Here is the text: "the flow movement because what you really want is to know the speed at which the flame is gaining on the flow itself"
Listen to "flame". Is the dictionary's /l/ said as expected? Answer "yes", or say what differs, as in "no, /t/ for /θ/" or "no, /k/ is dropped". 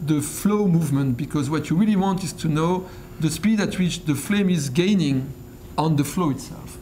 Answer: yes